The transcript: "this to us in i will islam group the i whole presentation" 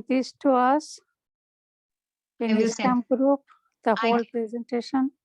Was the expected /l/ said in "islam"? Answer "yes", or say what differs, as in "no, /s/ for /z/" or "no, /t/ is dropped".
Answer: no, /l/ is dropped